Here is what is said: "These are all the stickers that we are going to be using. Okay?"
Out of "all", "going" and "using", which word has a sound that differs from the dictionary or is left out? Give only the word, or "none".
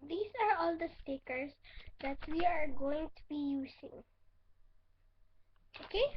using